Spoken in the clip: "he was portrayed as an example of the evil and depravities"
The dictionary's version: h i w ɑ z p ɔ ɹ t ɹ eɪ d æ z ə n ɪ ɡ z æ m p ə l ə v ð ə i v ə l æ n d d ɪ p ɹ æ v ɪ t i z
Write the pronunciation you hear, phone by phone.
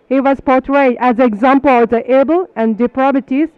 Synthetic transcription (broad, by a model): h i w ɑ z p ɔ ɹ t ɹ eɪ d æ z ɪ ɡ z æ m p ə l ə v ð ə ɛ b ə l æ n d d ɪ p ɹ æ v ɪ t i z